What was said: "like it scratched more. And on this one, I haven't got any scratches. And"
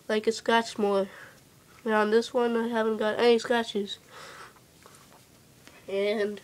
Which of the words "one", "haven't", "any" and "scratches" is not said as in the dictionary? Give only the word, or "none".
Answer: scratches